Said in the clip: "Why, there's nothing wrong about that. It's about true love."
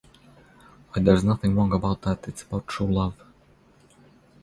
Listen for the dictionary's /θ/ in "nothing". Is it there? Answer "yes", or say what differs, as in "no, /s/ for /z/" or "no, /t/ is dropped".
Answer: yes